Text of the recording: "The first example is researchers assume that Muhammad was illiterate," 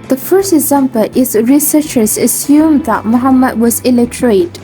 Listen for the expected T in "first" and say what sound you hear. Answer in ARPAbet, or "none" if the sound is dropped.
T